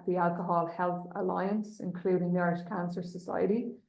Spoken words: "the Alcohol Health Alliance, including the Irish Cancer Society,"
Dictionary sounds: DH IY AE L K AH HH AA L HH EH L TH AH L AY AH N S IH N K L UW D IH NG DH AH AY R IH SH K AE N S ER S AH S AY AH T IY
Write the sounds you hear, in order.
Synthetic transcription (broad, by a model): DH IY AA L K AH HH AA L HH EH L TH AH L AY AH N S IH N K L UW D IH NG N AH R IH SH K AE N S ER S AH S AY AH T IY